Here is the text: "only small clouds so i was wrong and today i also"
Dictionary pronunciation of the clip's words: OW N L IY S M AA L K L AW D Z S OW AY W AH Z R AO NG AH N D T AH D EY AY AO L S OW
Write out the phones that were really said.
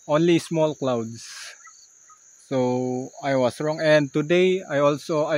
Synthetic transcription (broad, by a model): OW N L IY S M AA L K L AW D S S OW AY W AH S R AO NG AH N D T AH D EY AY AO L S OW